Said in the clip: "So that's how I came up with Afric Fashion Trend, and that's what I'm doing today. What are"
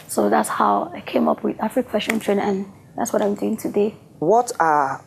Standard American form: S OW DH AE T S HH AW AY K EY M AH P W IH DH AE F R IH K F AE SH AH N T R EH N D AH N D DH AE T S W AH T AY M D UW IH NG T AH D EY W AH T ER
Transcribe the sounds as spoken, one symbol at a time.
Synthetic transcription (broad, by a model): S OW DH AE T S HH AW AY K EY M AH P W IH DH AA F R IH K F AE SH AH N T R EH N AH N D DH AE T S W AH T AY M D UW IH NG T AH D EY W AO T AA